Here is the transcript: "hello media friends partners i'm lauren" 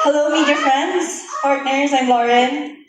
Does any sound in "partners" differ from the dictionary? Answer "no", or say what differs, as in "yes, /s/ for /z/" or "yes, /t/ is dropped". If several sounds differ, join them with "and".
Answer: no